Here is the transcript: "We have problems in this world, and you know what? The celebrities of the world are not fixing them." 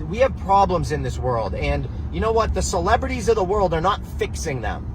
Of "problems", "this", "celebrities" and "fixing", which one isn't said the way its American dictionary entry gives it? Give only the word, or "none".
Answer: none